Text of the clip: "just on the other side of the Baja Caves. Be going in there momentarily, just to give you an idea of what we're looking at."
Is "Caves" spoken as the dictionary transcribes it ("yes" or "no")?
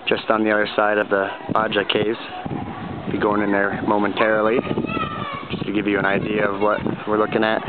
no